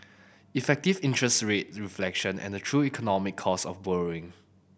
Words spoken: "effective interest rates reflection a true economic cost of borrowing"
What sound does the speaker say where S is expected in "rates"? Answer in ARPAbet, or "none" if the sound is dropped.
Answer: none